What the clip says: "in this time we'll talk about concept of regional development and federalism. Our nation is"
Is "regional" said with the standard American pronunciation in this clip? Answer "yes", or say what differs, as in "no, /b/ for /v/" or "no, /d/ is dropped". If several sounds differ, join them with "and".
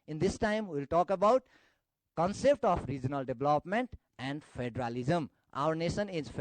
yes